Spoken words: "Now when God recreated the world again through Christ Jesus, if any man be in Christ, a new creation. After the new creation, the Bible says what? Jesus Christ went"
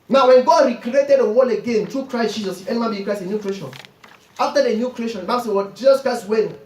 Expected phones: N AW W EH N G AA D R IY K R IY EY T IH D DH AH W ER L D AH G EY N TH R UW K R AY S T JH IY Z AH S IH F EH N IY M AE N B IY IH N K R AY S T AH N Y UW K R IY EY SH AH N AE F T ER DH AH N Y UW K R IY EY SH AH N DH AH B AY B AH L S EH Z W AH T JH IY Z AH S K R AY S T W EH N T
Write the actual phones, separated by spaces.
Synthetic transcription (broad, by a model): N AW W EH N G AA D R IY K R IY EY T IH D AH W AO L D AH G EY N T R UW K R AY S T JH IY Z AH S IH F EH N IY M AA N B IY K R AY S AH N Y UW K R IY EY SH AH N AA F T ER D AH N Y UW K R IY EY SH AH N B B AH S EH W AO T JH IY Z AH S K R AY S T W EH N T